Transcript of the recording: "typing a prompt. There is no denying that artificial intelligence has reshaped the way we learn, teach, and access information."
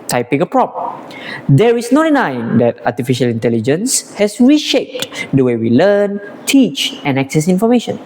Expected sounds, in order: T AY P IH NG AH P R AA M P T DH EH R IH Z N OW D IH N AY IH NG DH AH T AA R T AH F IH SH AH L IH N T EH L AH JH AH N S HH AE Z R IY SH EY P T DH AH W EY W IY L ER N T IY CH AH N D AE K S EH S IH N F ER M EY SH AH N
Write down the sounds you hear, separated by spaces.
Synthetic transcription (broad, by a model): T AY P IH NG AH P R AA P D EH R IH S N OW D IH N AY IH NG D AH T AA T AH F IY SH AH L IH N T EH L AH JH AH N S HH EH S R IY SH EY P T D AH W EY W IY L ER N T IY CH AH N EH K S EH S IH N F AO M EY SH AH N